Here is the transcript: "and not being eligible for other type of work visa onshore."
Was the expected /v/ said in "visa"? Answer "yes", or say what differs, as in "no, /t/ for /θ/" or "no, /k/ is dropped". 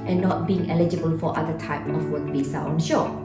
no, /b/ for /v/